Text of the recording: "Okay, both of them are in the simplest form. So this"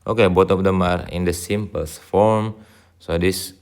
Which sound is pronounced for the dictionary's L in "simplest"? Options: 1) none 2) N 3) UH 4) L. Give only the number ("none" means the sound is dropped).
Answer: 1